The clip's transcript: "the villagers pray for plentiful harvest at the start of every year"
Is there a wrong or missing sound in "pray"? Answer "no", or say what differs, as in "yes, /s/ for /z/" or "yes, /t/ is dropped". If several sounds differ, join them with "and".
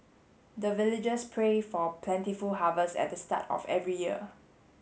no